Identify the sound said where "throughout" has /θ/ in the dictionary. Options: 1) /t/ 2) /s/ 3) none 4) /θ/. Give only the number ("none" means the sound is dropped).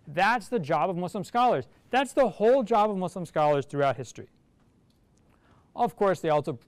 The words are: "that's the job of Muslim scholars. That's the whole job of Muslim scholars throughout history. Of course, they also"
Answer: 4